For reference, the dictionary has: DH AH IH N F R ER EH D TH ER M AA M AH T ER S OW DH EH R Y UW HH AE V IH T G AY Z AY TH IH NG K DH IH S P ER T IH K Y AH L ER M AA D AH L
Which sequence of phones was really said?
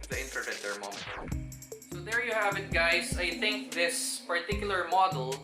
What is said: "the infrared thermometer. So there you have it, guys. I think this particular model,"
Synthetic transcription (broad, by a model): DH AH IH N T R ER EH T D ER M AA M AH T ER S OW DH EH R Y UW HH AE V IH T G AY S AY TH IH NG K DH IH S P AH T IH K Y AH L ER M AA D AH L